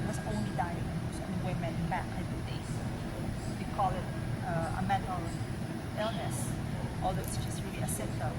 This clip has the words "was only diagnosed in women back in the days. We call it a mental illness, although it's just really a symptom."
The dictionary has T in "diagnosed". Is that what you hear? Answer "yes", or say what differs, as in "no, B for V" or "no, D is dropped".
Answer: no, T is dropped